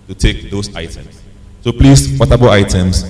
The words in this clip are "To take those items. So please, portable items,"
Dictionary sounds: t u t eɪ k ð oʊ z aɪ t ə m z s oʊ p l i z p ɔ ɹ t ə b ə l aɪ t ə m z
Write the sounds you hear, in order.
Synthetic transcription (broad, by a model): t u t eɪ k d oʊ s aɪ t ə m s oʊ p l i s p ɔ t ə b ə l aɪ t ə m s